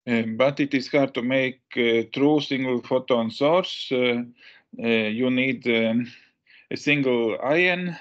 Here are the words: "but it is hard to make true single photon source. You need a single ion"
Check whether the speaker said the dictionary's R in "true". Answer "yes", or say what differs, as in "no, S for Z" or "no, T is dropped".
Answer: yes